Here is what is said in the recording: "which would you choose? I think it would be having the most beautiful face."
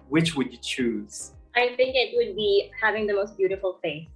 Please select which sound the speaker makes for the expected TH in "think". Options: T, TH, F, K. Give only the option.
TH